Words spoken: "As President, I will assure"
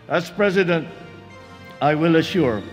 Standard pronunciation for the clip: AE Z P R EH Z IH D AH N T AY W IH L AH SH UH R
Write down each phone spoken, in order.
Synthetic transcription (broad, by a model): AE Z P R EH Z IH D AH N T AY W IH L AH SH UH R